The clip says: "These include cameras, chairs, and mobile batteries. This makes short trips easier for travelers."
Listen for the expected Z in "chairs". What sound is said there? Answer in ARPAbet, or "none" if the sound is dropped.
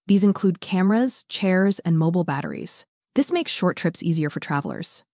Z